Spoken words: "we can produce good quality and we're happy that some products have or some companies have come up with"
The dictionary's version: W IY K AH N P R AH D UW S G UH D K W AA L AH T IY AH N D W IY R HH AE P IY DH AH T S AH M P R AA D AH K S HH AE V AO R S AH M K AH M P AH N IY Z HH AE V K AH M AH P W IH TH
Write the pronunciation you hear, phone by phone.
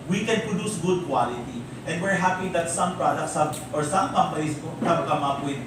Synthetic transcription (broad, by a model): W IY K AH N P R AH D UW S G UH D K W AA L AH T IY AH N D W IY R HH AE P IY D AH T S AH M P R AA D AH K S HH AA B AO R S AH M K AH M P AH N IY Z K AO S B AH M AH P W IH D